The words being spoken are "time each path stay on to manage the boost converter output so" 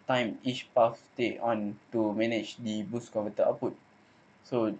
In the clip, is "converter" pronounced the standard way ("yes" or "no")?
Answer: no